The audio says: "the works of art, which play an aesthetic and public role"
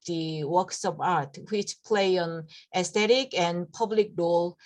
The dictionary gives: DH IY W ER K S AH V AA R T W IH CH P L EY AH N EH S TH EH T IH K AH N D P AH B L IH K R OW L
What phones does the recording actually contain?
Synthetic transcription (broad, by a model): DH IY W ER K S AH P AA R T W IH CH P L EY AH N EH S T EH T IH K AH N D P AH B L IH K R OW L